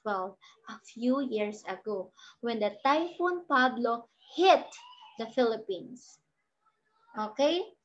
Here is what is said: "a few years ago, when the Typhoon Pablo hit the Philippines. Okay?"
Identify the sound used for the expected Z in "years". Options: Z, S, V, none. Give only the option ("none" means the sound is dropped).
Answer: S